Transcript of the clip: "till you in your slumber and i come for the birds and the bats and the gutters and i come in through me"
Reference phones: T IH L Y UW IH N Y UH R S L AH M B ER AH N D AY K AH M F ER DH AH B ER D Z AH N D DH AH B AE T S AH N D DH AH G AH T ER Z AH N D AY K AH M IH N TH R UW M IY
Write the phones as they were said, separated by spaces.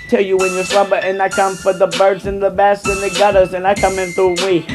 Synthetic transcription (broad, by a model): T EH L Y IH IH N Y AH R S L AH B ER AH N AY K AH M F ER DH AH B ER D Z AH N DH AH B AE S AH N DH AH G AH T ER Z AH N AY K AH M IH N TH R UW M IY